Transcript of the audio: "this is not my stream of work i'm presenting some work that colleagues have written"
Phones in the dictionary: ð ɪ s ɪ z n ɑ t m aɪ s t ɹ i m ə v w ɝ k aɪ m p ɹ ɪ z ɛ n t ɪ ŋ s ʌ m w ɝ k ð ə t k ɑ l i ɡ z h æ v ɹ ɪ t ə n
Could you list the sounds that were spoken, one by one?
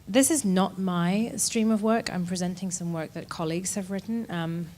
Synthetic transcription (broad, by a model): ð ɪ s ɪ z n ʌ t m aɪ s t ɹ i m ə v w ɝ k aɪ m p ɹ ɪ z ɛ n t ɪ ŋ s ʌ m w ɝ k ð ə t k ɑ l i ɡ z h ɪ v ɹ ɪ t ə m